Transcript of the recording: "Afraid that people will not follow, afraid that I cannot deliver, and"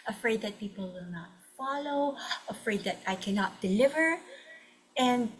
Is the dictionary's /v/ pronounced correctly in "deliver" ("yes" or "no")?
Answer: yes